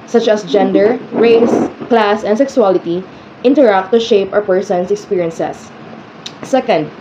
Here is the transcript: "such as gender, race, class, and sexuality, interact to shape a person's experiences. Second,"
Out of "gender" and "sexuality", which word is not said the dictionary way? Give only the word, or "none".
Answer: sexuality